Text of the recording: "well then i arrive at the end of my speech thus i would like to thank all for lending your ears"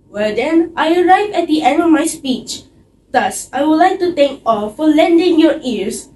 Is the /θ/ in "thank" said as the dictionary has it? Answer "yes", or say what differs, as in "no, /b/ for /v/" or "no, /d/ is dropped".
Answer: no, /t/ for /θ/